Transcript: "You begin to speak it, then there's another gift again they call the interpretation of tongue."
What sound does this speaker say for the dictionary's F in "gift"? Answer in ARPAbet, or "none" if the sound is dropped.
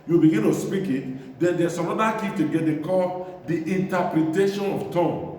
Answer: none